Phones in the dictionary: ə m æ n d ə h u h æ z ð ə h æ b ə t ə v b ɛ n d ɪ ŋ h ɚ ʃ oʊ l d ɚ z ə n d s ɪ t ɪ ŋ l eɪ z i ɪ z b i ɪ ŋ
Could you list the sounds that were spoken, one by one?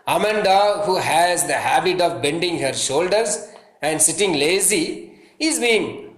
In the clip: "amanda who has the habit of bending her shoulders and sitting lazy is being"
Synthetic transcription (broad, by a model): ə m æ n d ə h u h æ z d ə h æ b ə t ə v b ɛ n d ɪ ŋ h ɚ ʃ oʊ l d ɚ z ə n d s ɪ t ɪ ŋ l eɪ z i ɪ z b i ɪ ŋ